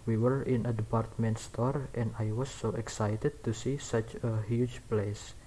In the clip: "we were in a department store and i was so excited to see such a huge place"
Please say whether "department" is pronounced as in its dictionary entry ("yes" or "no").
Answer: yes